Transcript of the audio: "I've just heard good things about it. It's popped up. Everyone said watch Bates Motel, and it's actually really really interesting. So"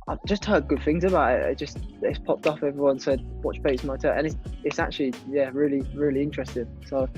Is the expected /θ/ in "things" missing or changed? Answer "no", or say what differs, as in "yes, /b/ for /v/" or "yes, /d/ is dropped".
no